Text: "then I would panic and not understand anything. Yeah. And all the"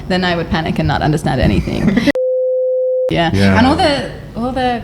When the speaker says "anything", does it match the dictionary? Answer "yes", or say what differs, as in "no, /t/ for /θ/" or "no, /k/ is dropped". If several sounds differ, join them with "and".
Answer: yes